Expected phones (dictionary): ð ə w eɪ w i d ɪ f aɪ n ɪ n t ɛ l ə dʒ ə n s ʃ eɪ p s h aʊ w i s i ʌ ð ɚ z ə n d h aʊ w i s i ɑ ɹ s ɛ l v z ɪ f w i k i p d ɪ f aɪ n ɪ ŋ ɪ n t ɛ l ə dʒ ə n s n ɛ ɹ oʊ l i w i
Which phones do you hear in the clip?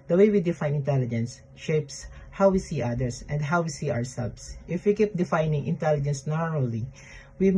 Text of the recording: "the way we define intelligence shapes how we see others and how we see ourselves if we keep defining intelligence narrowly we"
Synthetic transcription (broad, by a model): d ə w eɪ w i d ɪ f aɪ n ɪ n t ɛ l ə dʒ ə n s ʃ eɪ p s h aʊ w i s i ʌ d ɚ s ə n d h aʊ w i s i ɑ ɹ s ɛ l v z ɪ f w i k i p d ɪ f aɪ n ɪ ŋ ɪ n t ɛ l ə dʒ ə n s n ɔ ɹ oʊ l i w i